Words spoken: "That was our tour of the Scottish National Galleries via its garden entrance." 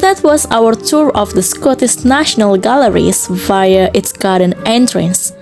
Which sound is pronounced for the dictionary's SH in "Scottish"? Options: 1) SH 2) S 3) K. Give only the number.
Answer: 2